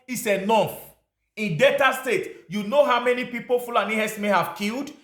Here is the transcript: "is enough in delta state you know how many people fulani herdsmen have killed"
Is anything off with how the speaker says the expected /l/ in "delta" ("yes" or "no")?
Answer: yes